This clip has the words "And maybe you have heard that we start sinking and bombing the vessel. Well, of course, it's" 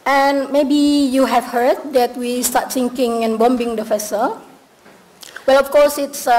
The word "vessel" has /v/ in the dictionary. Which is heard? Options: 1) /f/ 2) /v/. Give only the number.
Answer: 1